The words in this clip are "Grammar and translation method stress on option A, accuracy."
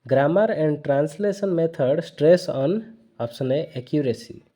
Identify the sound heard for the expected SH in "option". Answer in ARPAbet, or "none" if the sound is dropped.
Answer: S